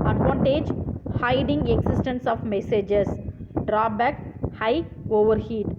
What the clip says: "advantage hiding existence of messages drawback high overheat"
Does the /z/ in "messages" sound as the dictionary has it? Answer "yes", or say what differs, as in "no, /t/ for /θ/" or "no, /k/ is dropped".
no, /s/ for /z/